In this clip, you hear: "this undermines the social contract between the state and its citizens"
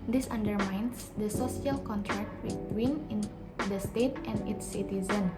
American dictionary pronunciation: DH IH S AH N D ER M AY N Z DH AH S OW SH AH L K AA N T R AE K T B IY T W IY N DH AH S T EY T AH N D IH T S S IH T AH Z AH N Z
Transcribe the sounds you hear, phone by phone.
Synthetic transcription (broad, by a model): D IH S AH N D ER M AY N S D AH S OW S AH L K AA N T R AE K T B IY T W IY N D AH S T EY T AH N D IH T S S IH T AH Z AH N